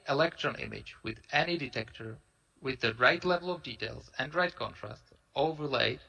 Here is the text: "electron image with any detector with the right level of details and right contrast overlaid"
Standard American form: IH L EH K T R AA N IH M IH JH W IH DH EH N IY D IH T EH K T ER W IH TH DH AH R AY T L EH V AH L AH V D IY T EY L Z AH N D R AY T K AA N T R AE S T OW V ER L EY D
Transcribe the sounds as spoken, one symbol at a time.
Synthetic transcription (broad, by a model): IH L EH K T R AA N IH M IH JH W IH DH EH N IY D IH T EH K T ER W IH DH AH R AY T L EH V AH L AH V D IY T EY L Z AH N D R AY T K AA N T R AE S T OW V ER L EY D